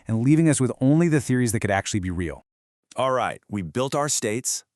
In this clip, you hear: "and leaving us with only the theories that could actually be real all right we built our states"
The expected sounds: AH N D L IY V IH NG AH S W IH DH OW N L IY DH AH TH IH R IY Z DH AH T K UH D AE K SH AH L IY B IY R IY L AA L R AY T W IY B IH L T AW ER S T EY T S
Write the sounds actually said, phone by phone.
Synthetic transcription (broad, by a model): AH N L IY V IH NG AH S W IH DH OW N L IY DH AH TH IH R IY Z DH AH T K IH D AE K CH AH L IY B IY R IY L AA L R AY T W IY B IH L T AW ER S T EY T S